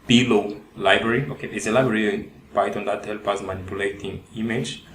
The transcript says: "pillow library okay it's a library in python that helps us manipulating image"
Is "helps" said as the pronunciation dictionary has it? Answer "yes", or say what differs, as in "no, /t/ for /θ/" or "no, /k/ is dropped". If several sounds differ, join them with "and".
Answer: no, /s/ is dropped